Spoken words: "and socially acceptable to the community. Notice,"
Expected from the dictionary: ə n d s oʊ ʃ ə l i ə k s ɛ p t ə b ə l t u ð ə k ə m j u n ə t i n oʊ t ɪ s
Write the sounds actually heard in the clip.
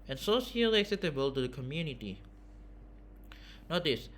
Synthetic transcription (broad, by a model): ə n s oʊ s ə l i ə k s ɛ p t ə b ə l t u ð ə k ə m j u n ə t i n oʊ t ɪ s